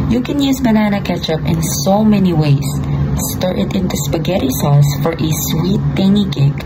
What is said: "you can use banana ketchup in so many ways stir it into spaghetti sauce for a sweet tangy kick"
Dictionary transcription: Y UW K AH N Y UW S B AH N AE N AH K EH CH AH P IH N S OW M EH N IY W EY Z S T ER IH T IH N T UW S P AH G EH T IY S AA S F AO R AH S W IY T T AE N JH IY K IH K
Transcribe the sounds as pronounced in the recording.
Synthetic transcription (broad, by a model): Y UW K AH N Y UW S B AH N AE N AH K EH CH AH P IH N S OW M EH N IY W EY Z S T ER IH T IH N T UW S P AH G EH T IY S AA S F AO R AH S W IY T T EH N IY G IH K